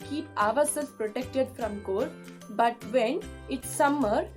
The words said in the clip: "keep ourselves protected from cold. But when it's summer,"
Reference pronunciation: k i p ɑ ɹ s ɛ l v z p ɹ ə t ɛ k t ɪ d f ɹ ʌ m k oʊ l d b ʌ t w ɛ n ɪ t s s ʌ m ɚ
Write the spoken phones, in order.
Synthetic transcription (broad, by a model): k i p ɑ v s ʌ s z p ɹ ə t ɛ k t ɪ d f ɹ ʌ m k oʊ d b ʌ t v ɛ n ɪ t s s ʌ m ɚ